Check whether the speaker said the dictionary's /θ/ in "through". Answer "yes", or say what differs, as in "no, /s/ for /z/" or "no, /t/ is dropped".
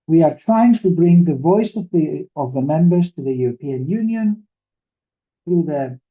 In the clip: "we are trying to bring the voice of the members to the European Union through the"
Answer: yes